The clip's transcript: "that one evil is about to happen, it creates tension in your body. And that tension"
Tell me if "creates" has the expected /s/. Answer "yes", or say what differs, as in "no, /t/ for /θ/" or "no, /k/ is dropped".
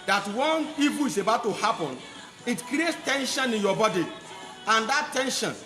yes